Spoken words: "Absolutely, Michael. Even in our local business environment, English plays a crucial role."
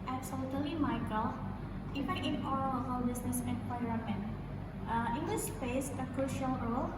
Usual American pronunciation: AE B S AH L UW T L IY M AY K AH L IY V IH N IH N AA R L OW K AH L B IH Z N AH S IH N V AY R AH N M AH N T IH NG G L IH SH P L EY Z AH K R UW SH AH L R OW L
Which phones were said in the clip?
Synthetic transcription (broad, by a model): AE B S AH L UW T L IY M AY K AH L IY F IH IH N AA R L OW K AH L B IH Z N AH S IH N P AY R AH M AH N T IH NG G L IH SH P EY S AH K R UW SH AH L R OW L